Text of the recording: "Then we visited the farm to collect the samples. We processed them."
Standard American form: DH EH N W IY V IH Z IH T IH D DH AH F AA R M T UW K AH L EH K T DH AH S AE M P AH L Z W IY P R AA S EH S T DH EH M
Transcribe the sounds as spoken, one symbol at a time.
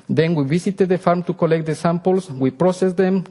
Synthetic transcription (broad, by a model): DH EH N W IY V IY S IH T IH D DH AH F AA R M T UW K AH L EH K T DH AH S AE M P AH L S W IY P R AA S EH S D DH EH M